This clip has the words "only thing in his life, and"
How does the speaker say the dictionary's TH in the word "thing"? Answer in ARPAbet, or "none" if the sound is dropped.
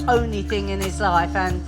TH